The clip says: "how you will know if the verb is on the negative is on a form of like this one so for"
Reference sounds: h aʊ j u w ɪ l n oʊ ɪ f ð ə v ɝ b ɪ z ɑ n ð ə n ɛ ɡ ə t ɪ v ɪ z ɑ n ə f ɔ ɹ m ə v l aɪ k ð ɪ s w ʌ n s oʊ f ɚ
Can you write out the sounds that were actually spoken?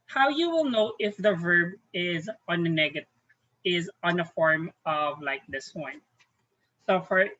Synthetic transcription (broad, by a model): h aʊ j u w ɪ l n oʊ ɪ f ð ə v ɝ b ɪ z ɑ n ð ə n ɛ ɡ ə t ɪ v ɪ z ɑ n ə f ɔ ɹ m ə v l aɪ k ð ɪ s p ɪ n s oʊ f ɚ